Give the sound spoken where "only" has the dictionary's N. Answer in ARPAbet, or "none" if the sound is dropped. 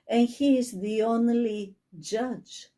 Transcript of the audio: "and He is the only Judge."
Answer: N